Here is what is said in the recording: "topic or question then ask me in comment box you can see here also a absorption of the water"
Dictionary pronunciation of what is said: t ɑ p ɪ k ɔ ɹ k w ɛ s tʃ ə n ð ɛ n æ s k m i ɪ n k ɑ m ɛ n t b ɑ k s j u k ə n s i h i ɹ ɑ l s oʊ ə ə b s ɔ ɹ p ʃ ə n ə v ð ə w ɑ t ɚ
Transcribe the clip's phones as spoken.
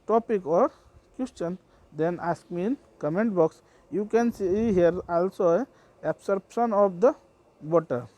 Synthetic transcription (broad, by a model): t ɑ p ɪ k ɔ ɹ k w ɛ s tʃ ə n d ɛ n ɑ s k m i ɪ n k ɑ m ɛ n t b ɑ k s j u k ə n s i h i ɹ ɑ l s oʊ ə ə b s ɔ ɹ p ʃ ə n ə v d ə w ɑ t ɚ